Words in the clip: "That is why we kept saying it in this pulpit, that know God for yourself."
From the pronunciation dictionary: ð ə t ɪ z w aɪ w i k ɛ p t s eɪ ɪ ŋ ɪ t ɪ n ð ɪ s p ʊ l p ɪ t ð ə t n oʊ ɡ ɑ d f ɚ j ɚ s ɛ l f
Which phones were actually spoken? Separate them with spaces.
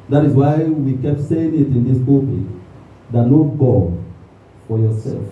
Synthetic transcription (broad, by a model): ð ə t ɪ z w aɪ w i k ɛ p t s eɪ ɪ ŋ ɪ t ɪ n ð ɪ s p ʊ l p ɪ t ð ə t n oʊ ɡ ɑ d f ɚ j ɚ s ɛ l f